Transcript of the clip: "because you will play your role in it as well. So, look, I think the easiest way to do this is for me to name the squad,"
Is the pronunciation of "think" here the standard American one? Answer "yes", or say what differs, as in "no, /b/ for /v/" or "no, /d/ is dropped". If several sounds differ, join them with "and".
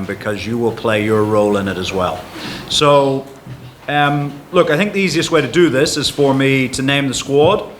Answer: yes